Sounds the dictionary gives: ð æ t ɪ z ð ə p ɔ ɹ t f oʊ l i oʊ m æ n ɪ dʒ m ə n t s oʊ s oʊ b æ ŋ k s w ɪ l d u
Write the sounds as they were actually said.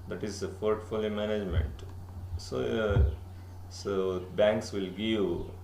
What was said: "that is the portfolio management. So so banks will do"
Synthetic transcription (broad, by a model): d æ t ɪ z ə f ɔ ɹ t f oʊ l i m æ n ɪ dʒ m ə n t s oʊ s oʊ b æ ŋ k s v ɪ l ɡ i